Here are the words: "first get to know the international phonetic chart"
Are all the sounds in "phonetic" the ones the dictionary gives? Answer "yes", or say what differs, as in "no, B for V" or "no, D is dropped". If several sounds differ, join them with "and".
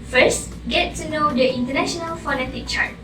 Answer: yes